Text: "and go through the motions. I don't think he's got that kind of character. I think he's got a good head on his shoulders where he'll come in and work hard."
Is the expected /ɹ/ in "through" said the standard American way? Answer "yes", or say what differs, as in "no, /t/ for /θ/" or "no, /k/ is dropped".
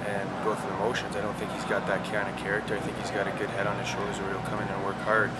no, /ɹ/ is dropped